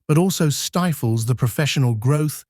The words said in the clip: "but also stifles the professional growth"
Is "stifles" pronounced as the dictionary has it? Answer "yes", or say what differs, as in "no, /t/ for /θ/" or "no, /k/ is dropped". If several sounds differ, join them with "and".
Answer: yes